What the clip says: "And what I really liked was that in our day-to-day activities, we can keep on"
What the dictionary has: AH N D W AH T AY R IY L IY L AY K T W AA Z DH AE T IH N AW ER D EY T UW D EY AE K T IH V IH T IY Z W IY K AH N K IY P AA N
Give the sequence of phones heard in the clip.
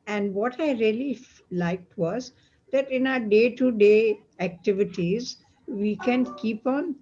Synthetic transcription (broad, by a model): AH N D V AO T AY R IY L IY L AY K T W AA Z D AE T IH N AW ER D EY T UW D EY AE K T IH V IH T IY Z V IY K AH N K IY P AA N